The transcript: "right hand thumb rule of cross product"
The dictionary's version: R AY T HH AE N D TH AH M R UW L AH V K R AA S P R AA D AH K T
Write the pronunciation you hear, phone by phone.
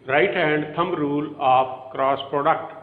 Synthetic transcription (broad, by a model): R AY T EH N D T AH M R UW L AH P K R AA S P R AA D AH K T